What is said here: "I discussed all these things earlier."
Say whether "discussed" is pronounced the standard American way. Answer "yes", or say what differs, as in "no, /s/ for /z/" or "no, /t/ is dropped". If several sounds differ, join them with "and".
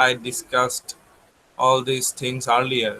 yes